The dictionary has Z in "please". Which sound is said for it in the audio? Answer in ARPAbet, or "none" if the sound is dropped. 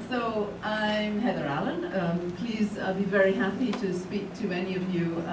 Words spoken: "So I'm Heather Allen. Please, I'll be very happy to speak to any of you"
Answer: Z